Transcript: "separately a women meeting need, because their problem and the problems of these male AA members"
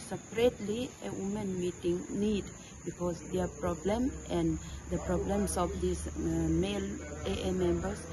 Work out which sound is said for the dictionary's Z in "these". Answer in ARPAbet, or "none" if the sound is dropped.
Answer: S